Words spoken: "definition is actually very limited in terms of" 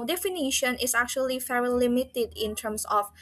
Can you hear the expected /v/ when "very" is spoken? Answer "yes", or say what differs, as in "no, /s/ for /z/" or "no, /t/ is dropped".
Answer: no, /f/ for /v/